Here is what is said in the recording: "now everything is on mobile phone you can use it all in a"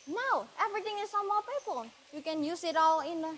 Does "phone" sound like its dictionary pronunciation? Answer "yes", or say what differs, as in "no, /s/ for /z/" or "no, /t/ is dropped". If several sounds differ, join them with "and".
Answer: no, /l/ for /n/